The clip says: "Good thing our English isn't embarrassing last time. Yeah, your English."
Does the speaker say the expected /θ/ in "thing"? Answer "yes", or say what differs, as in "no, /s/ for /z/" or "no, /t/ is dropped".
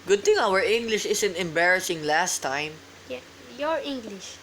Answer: no, /t/ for /θ/